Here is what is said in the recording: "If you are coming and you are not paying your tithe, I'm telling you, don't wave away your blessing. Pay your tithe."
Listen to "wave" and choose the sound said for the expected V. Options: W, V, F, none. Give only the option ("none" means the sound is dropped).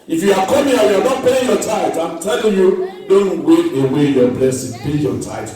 none